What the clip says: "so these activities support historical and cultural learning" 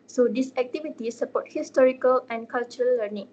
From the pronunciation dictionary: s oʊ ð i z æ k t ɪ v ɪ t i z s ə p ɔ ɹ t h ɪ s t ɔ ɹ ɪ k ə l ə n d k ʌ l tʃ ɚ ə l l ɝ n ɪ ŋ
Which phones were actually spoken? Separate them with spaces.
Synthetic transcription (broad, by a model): s oʊ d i s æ k t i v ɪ t i s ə p ɔ t h ɪ s t ɔ ɹ ɪ k ə l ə n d k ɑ l tʃ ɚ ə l l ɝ n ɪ ŋ